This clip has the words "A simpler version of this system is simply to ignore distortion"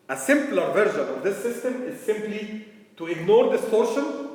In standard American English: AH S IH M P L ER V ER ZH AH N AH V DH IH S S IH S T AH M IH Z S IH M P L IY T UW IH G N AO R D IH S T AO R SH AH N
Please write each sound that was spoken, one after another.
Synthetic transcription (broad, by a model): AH S IH M P L ER V ER ZH AH N AH V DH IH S S IH S T AH M IH Z S IH M P L IY T UW IH G N AO R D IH S T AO R SH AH N